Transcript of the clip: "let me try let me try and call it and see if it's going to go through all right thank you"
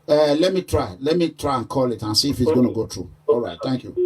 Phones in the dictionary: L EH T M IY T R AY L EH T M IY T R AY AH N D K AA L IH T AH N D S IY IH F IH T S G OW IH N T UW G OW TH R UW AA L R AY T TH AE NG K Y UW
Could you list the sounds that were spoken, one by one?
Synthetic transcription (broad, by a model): L EH T M IY T R AY L EH T M IY T R AY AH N K AA L IH T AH N S IY IH F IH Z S G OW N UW G OW T R UW AA L R AY T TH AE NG K Y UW